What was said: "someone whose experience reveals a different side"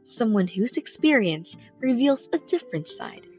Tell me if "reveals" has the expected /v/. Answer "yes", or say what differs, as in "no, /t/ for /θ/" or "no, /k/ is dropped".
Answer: yes